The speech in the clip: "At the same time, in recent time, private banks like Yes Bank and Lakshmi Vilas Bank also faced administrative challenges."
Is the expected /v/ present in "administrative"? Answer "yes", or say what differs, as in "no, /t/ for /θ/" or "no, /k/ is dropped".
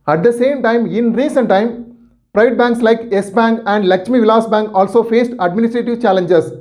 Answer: yes